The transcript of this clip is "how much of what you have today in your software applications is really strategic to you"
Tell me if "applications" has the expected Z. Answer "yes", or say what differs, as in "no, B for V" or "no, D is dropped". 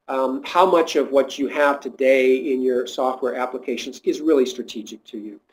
yes